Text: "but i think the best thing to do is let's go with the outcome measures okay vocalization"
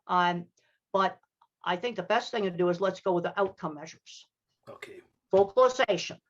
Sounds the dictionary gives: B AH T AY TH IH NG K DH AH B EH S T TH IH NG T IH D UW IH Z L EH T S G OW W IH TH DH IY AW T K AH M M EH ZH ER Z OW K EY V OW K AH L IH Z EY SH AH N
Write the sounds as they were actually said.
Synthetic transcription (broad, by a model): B AH T AY TH IH NG K DH AH B EH S T TH IH NG T IH D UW IH Z L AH T S G OW W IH DH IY AW T K AH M M EH ZH ER Z OW K EY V OW K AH L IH Z EY SH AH N